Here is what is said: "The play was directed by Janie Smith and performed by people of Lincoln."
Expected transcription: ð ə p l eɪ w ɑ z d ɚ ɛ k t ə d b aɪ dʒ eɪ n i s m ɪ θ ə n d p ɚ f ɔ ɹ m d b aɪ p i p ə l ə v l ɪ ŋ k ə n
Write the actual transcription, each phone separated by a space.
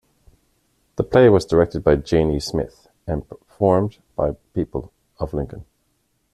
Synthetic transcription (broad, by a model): ð ə p l eɪ w ɑ z d ɚ ɛ k t ə d b aɪ dʒ eɪ n i s m ɪ θ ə n p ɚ f ɔ ɹ m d b aɪ p i p ə l ə v l ɪ ŋ k ə n